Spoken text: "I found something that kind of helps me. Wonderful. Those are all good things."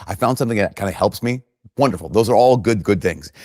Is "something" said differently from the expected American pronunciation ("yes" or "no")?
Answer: no